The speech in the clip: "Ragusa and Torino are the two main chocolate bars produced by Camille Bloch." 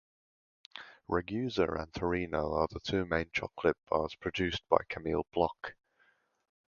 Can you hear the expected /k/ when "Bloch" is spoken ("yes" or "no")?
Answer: yes